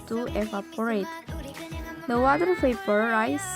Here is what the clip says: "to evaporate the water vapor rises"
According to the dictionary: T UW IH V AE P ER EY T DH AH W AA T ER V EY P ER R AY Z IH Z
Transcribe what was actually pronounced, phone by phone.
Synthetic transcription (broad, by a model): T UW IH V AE P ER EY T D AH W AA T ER P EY P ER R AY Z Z